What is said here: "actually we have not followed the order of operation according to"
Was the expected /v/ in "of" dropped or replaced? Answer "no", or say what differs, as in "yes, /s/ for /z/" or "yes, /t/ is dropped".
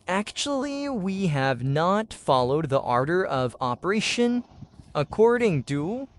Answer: no